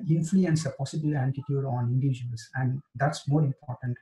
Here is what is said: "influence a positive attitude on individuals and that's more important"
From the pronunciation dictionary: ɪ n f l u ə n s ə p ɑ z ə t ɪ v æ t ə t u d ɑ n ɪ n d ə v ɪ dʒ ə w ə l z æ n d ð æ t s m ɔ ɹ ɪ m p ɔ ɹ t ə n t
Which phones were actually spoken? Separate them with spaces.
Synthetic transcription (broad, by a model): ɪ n f l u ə n s ə p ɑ s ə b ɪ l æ t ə t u d ɑ n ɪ n d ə v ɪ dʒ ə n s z æ n d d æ t s m ɔ ɹ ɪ m p ɔ ɹ t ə n t